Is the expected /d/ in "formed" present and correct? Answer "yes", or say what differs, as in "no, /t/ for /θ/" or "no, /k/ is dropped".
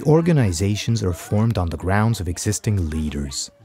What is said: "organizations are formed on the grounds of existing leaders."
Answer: yes